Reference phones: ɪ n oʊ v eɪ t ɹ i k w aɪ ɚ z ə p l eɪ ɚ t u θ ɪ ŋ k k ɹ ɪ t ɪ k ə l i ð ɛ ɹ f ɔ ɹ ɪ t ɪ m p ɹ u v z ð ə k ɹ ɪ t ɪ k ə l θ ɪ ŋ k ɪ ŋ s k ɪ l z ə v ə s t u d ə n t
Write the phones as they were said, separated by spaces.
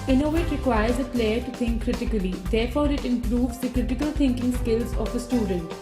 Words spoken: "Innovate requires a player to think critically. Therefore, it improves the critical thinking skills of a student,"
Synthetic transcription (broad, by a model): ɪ n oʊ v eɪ t ɹ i k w aɪ ɚ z ə p l eɪ ɚ t u t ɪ ŋ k k ɹ ɪ t ɪ k ə l i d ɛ ɹ f ɔ ɹ ɪ t ɪ m p ɹ u v z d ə k ɹ ɪ t ɪ k ə l t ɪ ŋ k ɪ ŋ s k ɪ l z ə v ə s t u d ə n t